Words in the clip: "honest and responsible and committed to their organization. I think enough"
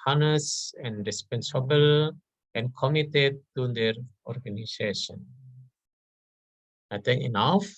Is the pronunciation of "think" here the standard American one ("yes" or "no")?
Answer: no